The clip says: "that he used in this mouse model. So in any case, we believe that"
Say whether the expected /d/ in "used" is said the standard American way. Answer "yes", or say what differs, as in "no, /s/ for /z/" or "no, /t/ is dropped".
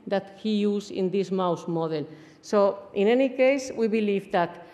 no, /d/ is dropped